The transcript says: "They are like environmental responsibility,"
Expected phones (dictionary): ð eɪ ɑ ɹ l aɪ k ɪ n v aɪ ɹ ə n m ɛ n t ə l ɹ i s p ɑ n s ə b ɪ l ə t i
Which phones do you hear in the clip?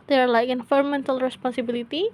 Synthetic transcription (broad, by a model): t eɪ ɑ ɹ l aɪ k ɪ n f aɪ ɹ m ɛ n t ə l ɹ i s p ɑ n s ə b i l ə t i